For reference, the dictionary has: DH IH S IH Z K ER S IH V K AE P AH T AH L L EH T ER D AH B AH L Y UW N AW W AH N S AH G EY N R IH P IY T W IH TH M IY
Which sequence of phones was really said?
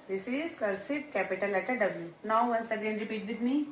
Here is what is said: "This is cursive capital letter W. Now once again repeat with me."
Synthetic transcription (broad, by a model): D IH S IH Z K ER S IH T K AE P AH T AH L L EH T ER D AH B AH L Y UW N AW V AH N S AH G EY N R IH P IY T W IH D M IY